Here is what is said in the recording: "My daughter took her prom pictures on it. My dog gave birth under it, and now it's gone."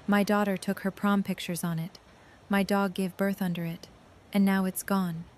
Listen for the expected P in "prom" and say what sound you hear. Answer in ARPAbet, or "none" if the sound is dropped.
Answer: P